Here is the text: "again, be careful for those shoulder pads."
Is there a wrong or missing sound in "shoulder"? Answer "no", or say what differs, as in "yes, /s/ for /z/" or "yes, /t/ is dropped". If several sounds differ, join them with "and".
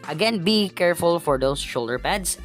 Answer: no